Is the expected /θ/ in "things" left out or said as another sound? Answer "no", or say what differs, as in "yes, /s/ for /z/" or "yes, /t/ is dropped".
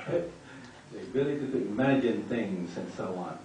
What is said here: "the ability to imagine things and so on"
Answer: no